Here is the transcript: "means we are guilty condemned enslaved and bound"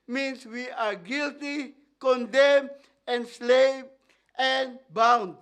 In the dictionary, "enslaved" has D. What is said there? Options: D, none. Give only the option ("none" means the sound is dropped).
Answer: none